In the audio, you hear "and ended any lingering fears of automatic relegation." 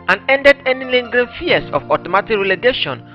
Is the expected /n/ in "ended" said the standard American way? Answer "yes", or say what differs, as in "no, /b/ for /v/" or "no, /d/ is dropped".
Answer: yes